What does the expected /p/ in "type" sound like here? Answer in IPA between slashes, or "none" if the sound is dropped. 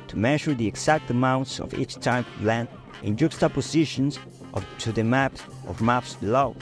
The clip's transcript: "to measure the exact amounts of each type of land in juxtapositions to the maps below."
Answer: none